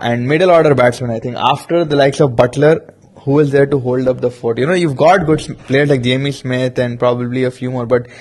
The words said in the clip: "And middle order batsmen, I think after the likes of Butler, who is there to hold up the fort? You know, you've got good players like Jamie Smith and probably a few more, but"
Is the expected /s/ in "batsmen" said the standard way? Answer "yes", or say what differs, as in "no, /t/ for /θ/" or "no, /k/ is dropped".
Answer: yes